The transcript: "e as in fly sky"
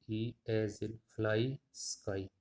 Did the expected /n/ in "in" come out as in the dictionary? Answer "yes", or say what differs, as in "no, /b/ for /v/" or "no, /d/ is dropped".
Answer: no, /l/ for /n/